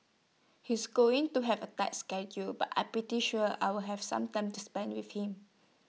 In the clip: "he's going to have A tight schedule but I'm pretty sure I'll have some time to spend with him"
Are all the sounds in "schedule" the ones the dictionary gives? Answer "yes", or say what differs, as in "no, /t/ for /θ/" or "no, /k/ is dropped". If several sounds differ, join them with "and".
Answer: yes